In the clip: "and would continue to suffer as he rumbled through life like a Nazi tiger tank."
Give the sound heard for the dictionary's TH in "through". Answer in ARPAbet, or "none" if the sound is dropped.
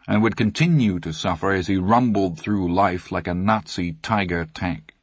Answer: TH